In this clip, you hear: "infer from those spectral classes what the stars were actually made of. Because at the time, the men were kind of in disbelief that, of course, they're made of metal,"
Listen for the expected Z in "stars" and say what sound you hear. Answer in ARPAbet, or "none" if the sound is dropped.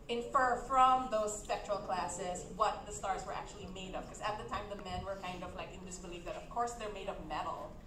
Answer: Z